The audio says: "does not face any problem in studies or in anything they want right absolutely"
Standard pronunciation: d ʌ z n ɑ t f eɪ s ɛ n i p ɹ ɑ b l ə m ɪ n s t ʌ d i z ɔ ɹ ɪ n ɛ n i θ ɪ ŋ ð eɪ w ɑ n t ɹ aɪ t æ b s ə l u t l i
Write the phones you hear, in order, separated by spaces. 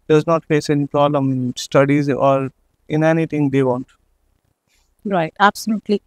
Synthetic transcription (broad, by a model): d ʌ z n ɑ t f eɪ s ɛ n i p ɹ ɑ b l ə m ɪ n s t ʌ d i z ɔ ɹ ɪ n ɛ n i t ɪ ŋ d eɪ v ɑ n t ɹ aɪ t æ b s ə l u t l i